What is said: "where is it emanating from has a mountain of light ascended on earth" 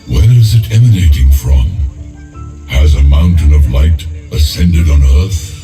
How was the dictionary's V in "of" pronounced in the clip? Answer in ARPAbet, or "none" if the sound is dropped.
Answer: V